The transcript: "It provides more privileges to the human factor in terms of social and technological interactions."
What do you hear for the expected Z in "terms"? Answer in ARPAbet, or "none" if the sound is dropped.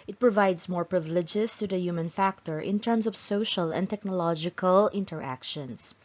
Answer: S